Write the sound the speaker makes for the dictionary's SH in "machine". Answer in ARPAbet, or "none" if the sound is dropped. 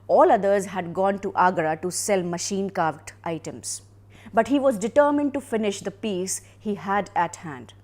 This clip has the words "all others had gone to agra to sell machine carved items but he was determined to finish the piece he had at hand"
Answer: SH